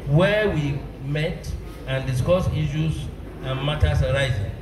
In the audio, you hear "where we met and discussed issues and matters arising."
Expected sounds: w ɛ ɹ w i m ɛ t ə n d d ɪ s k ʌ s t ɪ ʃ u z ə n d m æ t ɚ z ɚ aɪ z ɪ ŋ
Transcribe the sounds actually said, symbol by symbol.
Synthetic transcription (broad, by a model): w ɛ w i m ɛ t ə n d d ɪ s k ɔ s i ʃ u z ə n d m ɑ t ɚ s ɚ aɪ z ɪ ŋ